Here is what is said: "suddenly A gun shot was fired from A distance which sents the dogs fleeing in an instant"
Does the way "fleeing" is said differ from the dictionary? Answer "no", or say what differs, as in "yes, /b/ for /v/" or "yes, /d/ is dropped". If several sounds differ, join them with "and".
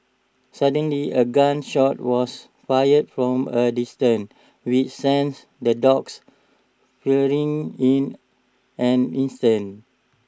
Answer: yes, /l/ is dropped